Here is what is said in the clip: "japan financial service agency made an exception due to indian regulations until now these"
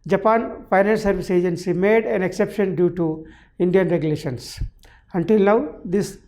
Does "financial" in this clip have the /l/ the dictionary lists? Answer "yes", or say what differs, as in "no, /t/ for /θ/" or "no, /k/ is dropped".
no, /n/ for /l/